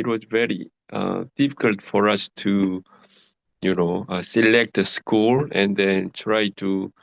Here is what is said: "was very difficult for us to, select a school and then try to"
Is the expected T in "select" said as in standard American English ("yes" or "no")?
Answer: yes